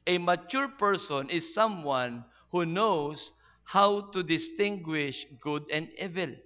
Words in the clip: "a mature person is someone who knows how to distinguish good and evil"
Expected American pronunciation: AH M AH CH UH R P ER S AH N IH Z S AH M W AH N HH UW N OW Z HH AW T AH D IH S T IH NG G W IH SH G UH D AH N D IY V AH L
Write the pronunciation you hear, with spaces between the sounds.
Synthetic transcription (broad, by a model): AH M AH CH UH R P ER S AH N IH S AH M W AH N HH UW N OW S HH AW T AH D IH S T IH NG G W IH SH G UH D AH N D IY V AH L